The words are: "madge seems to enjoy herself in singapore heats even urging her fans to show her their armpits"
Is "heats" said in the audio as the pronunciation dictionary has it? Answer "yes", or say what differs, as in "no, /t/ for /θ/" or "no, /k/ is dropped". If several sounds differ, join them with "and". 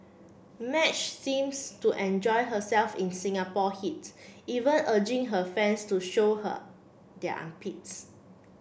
no, /s/ is dropped